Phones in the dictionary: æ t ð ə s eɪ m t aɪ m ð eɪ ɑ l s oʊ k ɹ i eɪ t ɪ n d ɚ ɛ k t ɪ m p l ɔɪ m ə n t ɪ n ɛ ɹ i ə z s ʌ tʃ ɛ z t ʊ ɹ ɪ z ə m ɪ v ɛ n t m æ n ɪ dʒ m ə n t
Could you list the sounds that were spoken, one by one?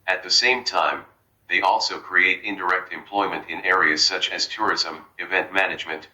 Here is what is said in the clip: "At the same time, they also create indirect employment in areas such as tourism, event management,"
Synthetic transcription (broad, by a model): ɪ t ð ə s eɪ m t aɪ m ð eɪ ɑ l s oʊ k ɹ i eɪ t ɪ n d ɚ ɛ k t ɪ m p l ɔɪ m ə n t ɪ n ɛ ɹ i ə z s ʌ tʃ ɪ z t ʊ ɹ ɪ z ə m ɪ v ɛ n t m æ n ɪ dʒ m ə n t